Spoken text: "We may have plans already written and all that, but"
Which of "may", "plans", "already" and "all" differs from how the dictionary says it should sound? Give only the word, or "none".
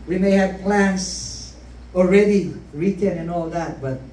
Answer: plans